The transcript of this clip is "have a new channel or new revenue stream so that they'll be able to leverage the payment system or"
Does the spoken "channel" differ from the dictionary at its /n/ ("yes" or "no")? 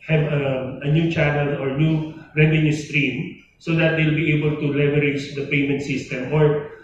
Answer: no